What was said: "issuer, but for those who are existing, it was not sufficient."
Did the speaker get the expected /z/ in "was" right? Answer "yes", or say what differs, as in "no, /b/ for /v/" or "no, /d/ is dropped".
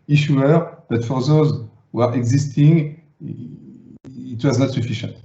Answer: yes